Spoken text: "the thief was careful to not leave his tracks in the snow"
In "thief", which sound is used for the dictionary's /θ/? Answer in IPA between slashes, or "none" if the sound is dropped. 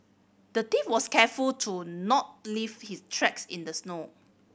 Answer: /t/